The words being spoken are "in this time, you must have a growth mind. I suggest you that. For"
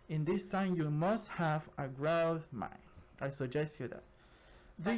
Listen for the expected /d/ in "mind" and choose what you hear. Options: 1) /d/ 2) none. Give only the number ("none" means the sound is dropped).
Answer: 2